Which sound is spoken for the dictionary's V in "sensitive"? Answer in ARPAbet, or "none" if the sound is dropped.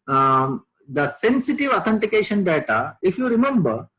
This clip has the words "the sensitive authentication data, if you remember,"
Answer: V